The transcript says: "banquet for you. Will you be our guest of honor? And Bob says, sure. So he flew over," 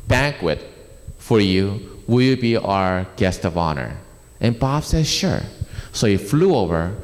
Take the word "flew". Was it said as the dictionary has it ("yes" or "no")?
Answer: yes